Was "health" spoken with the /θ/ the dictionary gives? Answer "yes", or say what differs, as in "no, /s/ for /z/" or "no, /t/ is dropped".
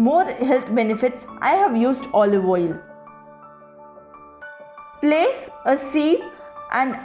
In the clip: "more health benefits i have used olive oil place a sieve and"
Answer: no, /t/ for /θ/